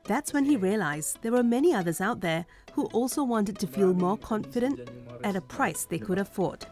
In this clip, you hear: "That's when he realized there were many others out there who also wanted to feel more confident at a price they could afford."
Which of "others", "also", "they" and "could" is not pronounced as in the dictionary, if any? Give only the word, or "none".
none